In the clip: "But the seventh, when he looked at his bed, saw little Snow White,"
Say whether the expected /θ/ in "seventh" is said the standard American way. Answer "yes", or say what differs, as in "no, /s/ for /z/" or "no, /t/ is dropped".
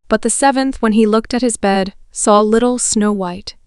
yes